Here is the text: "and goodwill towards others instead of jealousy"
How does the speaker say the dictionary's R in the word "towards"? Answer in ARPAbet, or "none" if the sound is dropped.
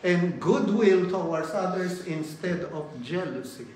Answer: W